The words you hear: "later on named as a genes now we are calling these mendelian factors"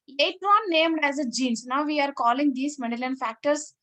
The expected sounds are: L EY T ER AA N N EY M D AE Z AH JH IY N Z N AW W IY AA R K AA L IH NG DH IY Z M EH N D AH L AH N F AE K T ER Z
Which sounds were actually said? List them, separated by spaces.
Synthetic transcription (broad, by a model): L EY T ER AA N N EY M D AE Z AH JH IY N S N AW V IY AA R K AA L IH NG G IY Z M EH D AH L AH N F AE K T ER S